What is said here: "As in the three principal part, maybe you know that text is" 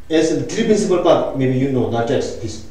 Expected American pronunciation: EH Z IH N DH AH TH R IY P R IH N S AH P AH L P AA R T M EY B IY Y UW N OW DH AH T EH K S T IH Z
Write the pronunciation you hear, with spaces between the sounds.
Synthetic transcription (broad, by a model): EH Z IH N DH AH T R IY P R IH N S AH P AH L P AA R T M EY B IY Y UW N OW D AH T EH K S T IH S